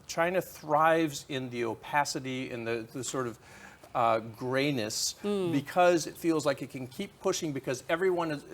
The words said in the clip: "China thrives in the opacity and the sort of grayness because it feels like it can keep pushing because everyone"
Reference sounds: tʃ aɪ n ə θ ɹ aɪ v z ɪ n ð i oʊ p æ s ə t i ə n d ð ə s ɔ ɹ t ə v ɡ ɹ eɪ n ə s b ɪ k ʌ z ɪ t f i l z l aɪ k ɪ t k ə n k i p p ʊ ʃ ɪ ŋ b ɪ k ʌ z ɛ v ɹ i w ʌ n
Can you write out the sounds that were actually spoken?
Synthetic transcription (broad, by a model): tʃ aɪ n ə θ ɹ aɪ v z ɪ n ð i oʊ p æ s ə t i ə n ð ð ə s ɔ ɹ t ə v ɡ ɹ eɪ n ə s b ɪ k ʌ z ɪ t f i l z l aɪ k ɪ t k ə n k i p p ʊ ʃ ɪ ŋ b ɪ k ʌ z ɛ v ɹ i w ʌ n